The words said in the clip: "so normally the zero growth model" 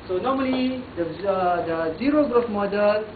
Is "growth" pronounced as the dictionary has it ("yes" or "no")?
no